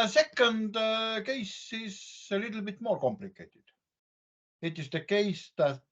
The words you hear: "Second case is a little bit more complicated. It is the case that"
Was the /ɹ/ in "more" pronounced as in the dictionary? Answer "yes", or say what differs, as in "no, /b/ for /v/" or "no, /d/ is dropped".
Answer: no, /l/ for /ɹ/